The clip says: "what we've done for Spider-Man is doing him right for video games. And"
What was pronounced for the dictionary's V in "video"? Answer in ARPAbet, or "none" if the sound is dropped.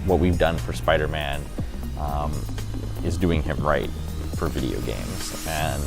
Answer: V